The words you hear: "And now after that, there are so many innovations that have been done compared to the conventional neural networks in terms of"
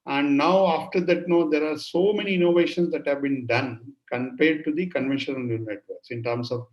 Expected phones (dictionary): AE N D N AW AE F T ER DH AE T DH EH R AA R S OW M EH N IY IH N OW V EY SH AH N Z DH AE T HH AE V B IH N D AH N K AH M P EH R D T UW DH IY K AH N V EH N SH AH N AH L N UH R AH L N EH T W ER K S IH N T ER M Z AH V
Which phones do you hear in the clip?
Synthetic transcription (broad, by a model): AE N D N AW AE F T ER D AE T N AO R AA R S OW M EH N IY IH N OW V EY SH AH N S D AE T HH AE V B IH N D AH N K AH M P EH R D T UW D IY K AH N V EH N SH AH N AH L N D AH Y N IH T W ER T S IH N T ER M S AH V